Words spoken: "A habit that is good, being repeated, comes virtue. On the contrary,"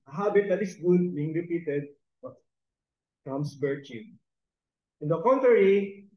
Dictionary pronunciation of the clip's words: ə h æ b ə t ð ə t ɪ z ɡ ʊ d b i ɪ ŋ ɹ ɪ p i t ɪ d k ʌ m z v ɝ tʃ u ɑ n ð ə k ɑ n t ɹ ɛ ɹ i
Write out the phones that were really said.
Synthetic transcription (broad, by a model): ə h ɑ b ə t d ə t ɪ s ɡ ʊ d b i ɪ ŋ ɹ ɪ p i t ɪ d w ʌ m s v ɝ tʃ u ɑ n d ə k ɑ n t ɹ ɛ ɹ i